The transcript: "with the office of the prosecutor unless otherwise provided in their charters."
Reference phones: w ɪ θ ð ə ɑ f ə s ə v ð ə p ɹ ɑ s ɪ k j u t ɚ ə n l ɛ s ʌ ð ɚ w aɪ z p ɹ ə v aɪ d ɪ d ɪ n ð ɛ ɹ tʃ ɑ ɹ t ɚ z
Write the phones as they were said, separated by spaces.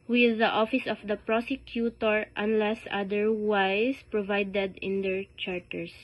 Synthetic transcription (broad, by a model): w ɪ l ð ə ɑ f ə s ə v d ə p ɹ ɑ s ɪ k j u t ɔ ə n l ɛ s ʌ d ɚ w aɪ s p ɹ ə v aɪ d ɪ d ɪ n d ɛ ɹ tʃ ɑ ɹ t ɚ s